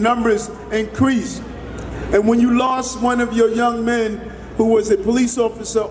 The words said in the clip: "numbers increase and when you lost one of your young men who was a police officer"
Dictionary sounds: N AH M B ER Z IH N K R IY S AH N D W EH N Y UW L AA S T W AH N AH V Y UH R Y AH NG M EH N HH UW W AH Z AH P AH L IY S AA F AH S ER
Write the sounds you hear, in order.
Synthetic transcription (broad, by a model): N AH M B ER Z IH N K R IY S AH N W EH N Y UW L AA S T W AH N AH V Y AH R Y AH NG M EH N HH UW W AH Z AH P AH L IY S AA F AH S ER